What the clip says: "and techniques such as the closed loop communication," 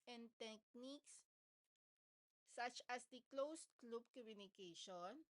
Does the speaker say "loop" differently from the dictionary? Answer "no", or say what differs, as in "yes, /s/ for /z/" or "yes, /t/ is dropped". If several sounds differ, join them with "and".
yes, /b/ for /p/